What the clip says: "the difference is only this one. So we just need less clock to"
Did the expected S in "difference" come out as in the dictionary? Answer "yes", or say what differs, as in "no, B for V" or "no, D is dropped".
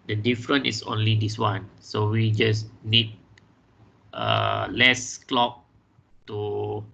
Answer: no, S is dropped